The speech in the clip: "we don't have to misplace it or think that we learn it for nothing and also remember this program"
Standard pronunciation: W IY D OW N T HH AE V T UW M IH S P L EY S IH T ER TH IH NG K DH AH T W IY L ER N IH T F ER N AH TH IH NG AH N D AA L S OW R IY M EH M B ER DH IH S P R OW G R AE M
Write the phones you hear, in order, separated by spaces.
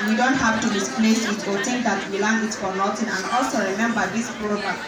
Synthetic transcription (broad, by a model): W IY D OW N T HH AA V T UW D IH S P L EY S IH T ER T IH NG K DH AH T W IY L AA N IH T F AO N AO T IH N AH N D AA L S OW R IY M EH M B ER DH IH S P R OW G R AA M